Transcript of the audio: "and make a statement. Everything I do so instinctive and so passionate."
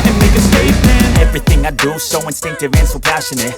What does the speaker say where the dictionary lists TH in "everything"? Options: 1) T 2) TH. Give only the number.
2